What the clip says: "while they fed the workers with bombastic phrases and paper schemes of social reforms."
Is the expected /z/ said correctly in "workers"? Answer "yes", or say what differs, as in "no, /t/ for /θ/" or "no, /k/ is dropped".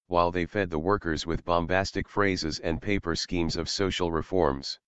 yes